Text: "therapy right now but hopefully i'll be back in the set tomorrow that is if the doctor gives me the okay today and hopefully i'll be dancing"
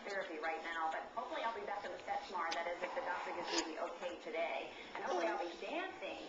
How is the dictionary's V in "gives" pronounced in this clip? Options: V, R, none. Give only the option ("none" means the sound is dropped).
none